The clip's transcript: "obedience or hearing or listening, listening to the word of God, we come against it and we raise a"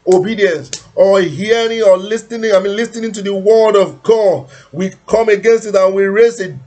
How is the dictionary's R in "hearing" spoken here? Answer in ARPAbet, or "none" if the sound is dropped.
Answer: R